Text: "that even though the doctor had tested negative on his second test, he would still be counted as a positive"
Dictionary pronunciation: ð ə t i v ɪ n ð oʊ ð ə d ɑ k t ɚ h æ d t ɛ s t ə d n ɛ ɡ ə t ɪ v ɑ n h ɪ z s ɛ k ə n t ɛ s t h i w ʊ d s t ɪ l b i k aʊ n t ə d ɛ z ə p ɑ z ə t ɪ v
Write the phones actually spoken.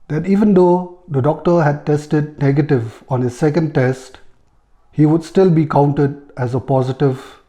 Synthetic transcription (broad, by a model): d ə t i v ɪ n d oʊ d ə d ɑ k t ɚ h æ d t ɛ s t ə d n ɛ ɡ ə t ɪ v ɑ n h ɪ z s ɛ k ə n t ɛ s t h i w ʊ d s t ɪ l b i k aʊ n t ə d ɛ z ə p ɑ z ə t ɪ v